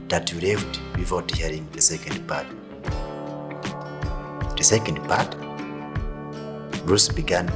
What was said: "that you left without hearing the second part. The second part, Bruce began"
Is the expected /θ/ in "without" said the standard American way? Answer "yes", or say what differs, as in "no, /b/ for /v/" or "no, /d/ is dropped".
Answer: no, /f/ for /θ/